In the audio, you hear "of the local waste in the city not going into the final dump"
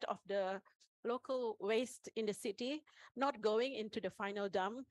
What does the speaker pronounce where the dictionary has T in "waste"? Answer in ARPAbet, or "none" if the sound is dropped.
T